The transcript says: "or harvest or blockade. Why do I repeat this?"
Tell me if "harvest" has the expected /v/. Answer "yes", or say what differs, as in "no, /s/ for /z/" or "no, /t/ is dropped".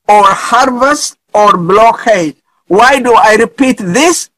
yes